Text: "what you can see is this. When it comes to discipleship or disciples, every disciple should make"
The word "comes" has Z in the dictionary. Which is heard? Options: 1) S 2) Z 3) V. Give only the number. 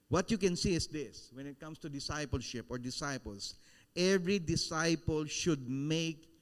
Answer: 1